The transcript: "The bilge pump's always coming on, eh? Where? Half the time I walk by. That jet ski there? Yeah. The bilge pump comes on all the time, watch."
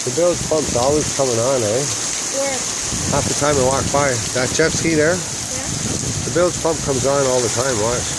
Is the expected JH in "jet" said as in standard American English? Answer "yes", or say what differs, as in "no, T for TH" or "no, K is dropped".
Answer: no, CH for JH